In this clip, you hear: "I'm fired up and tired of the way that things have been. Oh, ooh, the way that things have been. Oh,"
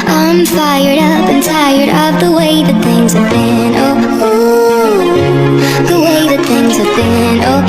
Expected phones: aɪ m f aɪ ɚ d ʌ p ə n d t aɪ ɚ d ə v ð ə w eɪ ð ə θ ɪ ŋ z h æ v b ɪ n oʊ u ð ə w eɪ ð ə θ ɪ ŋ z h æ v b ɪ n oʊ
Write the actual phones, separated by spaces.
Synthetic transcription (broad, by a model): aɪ m f aɪ ɚ d ʌ p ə n t aɪ ɚ d ə p ð ə w eɪ ð ə θ ɪ ŋ z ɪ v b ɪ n oʊ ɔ ð ə w eɪ ð ə θ ɪ ŋ z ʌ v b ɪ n oʊ